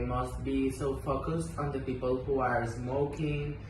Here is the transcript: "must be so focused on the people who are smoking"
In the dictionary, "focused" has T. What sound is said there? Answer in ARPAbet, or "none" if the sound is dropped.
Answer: T